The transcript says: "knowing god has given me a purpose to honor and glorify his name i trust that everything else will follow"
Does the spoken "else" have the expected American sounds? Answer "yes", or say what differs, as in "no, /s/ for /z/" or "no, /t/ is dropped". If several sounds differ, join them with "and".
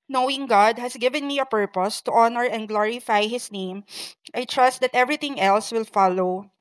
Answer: yes